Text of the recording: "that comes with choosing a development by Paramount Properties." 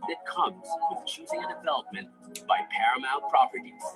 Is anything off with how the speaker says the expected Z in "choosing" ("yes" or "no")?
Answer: no